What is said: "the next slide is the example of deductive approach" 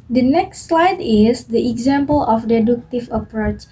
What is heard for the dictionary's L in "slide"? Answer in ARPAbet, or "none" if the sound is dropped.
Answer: L